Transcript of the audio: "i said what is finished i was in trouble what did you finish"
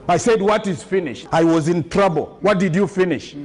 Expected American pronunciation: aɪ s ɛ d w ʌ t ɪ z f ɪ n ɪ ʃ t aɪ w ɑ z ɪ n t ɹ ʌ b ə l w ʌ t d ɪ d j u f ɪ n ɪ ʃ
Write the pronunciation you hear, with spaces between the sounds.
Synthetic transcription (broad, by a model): aɪ s ɛ d w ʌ t ɪ z f ɪ n ɪ ʃ t aɪ w ɑ z ɪ n t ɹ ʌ b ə l w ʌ t d ɪ d j u f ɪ n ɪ ʃ